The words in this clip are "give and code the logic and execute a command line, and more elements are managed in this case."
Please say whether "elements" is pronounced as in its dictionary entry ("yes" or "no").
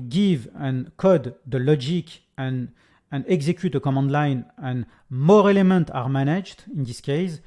no